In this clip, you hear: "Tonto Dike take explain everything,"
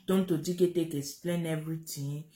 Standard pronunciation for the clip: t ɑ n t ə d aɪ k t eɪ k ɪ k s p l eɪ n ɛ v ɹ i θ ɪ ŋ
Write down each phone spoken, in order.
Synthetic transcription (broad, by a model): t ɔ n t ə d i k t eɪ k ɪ s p l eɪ n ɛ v ɹ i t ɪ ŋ